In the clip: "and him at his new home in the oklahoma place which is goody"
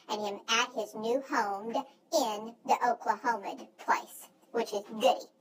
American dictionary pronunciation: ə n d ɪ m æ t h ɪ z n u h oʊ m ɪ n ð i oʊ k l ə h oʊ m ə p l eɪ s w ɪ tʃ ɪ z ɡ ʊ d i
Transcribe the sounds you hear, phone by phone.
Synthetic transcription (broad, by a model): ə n ɪ m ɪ t h ɪ z n u h oʊ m ɪ n ð i oʊ k l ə h oʊ m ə p l eɪ s w ɪ tʃ ɪ z ɡ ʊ d i